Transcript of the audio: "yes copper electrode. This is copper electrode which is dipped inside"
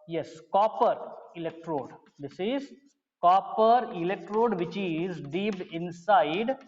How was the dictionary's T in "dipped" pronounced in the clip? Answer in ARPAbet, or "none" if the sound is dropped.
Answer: none